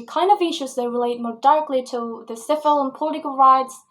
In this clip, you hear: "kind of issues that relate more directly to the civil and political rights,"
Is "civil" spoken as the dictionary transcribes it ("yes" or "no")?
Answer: no